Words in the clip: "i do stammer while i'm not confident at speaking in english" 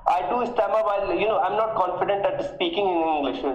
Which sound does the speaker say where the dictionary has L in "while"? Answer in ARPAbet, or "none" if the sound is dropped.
N